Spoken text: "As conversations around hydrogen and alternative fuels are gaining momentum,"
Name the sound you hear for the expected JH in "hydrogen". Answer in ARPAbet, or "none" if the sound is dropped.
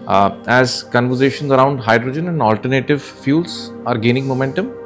JH